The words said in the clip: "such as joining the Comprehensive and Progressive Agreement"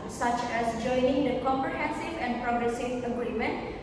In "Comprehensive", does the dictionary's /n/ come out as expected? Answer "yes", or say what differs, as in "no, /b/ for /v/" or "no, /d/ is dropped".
yes